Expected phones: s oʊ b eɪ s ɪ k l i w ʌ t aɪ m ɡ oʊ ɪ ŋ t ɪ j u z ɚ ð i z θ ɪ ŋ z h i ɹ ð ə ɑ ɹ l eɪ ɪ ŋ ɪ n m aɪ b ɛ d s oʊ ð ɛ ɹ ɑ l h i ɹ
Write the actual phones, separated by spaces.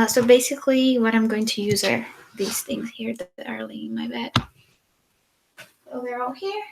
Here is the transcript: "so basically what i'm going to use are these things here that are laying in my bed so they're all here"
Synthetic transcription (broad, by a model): s oʊ b eɪ s ɪ k l i w ʌ t aɪ m ɡ oʊ ɪ ŋ t ɪ j u z ɚ ð i z θ ɪ ŋ z h i ɹ ð ə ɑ ɹ l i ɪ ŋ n m aɪ b ɛ d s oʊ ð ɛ ɹ ɑ l h i ɹ